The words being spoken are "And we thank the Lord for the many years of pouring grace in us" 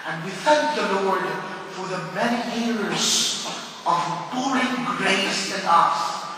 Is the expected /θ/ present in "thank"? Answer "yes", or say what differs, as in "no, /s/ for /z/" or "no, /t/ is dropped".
yes